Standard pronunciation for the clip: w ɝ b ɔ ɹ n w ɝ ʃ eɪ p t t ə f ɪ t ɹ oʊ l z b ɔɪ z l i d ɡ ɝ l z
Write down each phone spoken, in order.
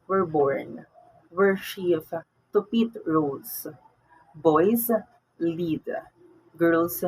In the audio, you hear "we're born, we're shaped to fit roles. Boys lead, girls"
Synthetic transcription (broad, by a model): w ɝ b ɔ ɹ n w ɝ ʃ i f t t ə p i t ɹ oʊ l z b ɔɪ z l i d ɡ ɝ l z